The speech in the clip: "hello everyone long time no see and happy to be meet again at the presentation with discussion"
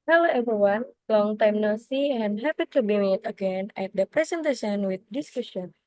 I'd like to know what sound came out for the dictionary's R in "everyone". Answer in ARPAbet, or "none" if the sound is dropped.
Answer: none